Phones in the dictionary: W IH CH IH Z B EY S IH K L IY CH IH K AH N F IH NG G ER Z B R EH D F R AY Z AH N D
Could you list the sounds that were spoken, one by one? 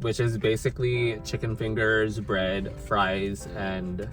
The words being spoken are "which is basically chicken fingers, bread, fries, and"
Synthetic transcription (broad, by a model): W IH CH IH Z B EY S IH K L IY CH IH K AH N F IH NG G ER Z B R EH D F R AY Z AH N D